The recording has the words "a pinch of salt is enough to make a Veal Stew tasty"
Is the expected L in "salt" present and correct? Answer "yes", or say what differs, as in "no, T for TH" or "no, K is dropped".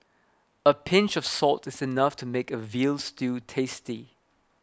yes